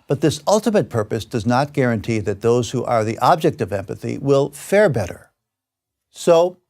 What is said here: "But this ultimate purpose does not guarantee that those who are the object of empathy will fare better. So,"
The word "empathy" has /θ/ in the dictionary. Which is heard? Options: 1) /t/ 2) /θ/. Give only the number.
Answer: 2